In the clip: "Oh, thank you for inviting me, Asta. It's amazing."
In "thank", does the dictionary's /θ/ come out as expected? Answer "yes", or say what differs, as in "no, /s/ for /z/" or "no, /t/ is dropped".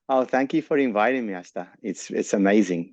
yes